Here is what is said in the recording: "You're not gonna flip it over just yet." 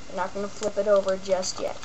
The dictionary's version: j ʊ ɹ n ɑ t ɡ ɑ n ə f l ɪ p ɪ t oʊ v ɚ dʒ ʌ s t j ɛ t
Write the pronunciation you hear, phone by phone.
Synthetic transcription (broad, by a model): n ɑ t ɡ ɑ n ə f l ɪ p ɪ t oʊ v ɚ dʒ ʌ s t j ɛ t